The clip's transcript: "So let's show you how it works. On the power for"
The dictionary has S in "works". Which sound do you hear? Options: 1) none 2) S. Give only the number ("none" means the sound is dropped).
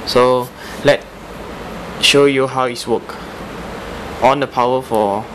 1